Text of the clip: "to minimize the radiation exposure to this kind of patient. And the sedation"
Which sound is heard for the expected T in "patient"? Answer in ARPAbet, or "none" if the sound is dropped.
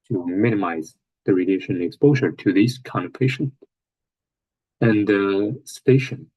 none